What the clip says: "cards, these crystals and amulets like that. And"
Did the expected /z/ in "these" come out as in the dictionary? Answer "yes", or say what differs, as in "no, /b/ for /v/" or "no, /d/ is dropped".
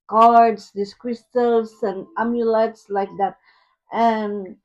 no, /s/ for /z/